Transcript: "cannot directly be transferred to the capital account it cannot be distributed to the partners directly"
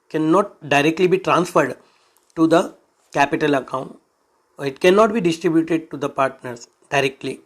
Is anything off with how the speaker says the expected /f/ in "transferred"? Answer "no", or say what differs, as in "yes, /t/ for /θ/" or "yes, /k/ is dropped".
no